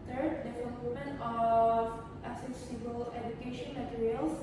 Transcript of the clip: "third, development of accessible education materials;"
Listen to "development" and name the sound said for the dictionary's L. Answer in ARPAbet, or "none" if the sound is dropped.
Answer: N